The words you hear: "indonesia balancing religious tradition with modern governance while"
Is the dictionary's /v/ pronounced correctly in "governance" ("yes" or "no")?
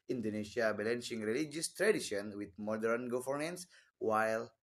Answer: no